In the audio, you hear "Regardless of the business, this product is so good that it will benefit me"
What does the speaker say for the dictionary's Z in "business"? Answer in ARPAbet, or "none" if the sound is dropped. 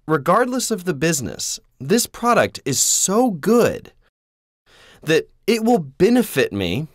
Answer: Z